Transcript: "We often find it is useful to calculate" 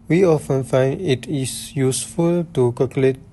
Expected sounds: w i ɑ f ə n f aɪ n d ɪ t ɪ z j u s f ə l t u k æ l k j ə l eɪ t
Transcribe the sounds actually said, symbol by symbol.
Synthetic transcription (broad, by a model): w i ɑ f ə n f aɪ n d ɪ t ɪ s j u s f ə l t u k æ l k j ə l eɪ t